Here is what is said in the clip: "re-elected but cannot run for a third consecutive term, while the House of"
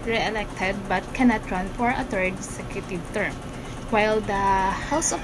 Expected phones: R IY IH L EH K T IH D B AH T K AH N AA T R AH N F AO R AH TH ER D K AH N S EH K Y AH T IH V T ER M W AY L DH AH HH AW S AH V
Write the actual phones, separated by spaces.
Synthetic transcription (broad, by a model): R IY IH L EH K T IH D B AH T K AH N AA T R AH N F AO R AH T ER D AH S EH K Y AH T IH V T ER M W AY L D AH HH AW S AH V